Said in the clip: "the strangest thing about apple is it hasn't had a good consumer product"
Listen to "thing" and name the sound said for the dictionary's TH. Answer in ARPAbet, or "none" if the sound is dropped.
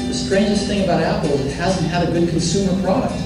TH